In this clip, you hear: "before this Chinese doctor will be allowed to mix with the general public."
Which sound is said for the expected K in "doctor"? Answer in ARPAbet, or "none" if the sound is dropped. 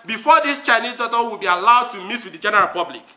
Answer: none